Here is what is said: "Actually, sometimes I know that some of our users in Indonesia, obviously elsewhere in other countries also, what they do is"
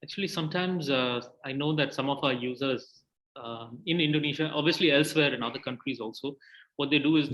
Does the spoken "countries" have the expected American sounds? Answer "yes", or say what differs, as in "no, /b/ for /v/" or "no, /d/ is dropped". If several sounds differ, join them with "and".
yes